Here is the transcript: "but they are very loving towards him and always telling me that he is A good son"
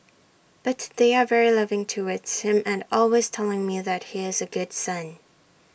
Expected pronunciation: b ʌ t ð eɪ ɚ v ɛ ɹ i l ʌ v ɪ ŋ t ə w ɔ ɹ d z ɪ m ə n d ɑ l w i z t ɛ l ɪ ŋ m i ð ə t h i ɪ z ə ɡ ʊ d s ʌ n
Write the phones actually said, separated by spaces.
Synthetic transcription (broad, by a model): b ʌ t ð eɪ ɚ v ɛ ɹ i l ʌ v ɪ ŋ t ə w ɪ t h ɪ m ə n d ɑ l w i z t ɛ l ɪ ŋ m i ð ə t h i ɪ z ə ɡ ʊ d s ʌ n